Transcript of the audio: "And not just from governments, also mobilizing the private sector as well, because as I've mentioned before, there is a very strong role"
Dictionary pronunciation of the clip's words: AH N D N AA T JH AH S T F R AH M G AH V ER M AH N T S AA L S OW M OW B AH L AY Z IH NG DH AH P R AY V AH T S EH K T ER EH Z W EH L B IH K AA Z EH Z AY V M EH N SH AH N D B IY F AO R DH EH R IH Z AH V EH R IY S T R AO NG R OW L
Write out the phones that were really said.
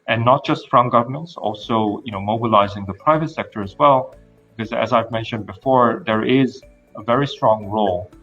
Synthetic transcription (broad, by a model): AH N N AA T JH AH S T F R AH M G AH V ER M AH N T S AA L S OW M OW B AH L AY Z IH NG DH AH P R AY V AH T S EH K T ER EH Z W EH L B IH K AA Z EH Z AY V M EH N SH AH N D B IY F AO R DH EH R IH Z AH V EH R IY S T R AO NG R OW L